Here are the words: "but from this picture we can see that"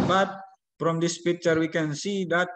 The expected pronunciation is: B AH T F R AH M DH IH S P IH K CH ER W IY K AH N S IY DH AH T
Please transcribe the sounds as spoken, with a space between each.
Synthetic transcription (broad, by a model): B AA T P R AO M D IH S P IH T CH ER W IY K AH N S IY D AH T